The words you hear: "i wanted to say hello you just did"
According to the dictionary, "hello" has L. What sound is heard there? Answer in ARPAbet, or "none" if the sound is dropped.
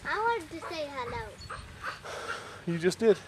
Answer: L